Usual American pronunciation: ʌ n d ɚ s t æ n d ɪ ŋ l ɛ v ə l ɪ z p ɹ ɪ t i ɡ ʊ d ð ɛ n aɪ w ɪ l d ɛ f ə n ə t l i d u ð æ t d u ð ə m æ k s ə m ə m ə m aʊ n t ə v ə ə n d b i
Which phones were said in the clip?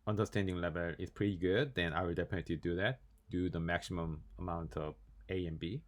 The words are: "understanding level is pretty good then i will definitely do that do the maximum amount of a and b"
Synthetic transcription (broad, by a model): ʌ n d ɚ s t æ n d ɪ ŋ l ɛ v ə l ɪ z p ɹ ɪ t i ɡ ʊ d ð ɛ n aɪ w ɪ l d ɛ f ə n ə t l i d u ð æ t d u ð ə m æ k s ə m ə m ə m aʊ n t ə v ə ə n b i